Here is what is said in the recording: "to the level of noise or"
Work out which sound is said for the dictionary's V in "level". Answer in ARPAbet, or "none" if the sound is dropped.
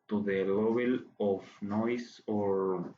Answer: B